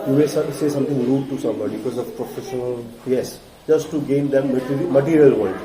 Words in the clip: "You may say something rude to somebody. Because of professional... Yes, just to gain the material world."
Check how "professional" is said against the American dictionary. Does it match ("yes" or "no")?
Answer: yes